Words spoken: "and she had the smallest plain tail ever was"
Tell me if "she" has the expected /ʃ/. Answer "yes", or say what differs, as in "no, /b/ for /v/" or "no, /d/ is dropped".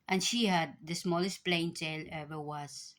yes